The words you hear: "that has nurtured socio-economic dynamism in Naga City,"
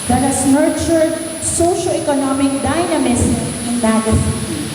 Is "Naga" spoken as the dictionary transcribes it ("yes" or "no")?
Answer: no